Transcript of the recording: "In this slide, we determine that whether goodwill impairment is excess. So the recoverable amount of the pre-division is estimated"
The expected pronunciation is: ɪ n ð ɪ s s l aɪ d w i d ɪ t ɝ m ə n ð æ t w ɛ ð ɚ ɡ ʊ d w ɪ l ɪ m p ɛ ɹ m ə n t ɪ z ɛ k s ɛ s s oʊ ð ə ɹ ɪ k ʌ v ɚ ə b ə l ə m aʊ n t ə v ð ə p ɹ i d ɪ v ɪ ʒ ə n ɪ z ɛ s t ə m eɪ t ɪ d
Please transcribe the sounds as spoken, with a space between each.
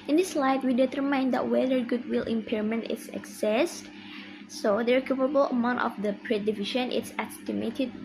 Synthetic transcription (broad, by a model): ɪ n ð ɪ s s l aɪ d w i d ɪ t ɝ m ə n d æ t w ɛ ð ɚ ɡ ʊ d w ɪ l ɪ m p ɛ ɹ m ə n t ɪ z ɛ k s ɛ s s oʊ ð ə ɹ k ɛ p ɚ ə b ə l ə m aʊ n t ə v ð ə p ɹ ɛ d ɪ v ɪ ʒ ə n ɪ s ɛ s t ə m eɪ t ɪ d